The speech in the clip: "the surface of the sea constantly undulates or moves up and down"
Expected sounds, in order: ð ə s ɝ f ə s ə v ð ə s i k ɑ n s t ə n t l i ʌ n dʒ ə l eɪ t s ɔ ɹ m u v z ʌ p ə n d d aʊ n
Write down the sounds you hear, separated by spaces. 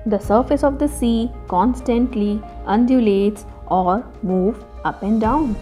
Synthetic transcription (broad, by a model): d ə s ɝ f ə s ə v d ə s i k ɑ n s t ə n t l i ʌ n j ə l eɪ t s ɔ ɹ m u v ʌ p ə n d d aʊ n